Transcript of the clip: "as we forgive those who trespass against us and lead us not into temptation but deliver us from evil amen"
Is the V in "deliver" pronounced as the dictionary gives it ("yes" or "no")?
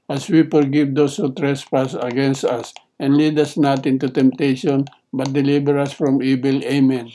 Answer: no